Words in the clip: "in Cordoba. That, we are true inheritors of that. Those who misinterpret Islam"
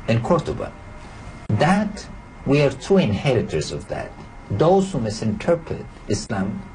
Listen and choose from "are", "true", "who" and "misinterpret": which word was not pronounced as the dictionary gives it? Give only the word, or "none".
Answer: true